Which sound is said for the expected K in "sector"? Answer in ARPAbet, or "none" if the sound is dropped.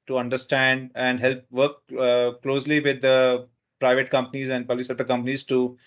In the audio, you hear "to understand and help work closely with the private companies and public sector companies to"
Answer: none